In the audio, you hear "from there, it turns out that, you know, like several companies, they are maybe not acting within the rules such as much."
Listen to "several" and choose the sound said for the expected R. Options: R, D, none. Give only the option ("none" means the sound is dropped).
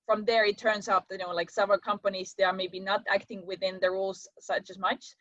none